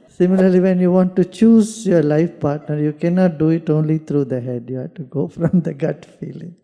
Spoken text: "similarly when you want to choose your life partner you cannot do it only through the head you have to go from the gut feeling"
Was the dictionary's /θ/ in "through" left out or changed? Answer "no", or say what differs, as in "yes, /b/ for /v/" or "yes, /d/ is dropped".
yes, /t/ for /θ/